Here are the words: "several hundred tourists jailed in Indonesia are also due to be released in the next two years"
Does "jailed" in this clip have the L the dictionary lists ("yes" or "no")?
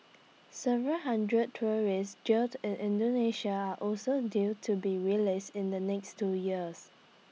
no